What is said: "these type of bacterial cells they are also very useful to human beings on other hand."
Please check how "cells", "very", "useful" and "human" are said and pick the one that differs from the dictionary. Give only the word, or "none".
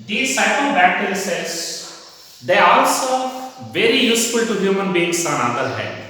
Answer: cells